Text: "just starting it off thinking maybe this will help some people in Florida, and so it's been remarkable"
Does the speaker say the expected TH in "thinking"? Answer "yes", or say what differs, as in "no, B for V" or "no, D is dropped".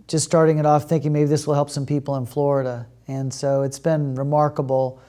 yes